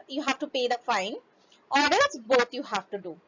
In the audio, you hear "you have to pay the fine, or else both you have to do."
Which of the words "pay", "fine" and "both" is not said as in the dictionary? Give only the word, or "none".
both